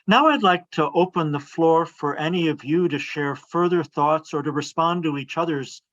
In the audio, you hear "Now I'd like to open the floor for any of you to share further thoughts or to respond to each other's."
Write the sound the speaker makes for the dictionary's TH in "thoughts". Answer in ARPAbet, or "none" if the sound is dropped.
TH